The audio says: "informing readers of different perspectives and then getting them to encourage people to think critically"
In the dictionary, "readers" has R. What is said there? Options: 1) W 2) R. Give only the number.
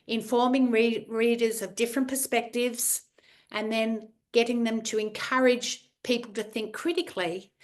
2